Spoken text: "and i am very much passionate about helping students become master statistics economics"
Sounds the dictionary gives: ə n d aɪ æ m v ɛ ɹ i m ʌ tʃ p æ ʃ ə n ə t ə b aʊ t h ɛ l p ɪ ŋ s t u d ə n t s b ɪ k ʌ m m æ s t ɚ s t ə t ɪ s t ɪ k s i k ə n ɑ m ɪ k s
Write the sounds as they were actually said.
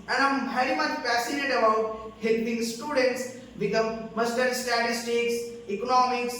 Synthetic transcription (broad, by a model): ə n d aɪ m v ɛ ɹ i m ʌ tʃ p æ s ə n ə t ə b aʊ t h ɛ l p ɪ ŋ s t u d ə n t s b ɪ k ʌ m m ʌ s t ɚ s t ə t ɪ s t ɪ k s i k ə n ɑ m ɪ k s